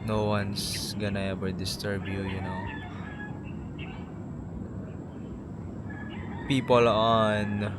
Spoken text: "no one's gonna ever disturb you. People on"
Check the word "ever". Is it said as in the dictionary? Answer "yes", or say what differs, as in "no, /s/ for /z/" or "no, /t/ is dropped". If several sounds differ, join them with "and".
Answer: no, /b/ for /v/